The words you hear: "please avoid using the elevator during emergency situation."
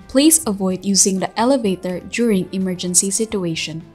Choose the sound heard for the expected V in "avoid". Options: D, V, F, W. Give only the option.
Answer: V